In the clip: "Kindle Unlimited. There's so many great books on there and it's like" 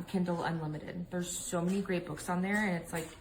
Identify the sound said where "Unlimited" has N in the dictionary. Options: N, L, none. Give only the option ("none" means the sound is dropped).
N